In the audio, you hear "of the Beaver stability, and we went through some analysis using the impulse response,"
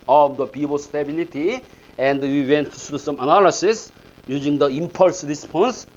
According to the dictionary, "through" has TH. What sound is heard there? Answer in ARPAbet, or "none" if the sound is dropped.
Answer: T